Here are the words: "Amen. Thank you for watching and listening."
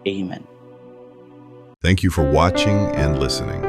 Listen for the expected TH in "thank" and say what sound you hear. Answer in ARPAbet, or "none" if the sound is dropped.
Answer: TH